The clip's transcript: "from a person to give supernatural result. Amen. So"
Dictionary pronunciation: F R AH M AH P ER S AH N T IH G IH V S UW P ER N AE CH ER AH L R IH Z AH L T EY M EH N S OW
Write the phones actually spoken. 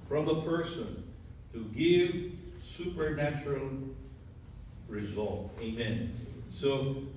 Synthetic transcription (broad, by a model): F R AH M AH P ER S AH N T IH G IH V S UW P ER N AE CH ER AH L R IH Z AH L T EY M EH N S OW